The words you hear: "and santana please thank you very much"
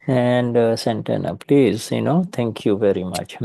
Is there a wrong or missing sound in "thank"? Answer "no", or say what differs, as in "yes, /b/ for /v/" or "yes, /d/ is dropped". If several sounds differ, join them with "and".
yes, /t/ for /θ/